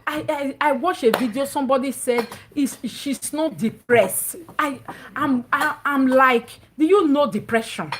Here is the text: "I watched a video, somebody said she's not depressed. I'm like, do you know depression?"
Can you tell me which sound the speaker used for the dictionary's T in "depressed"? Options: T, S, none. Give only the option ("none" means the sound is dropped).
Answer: T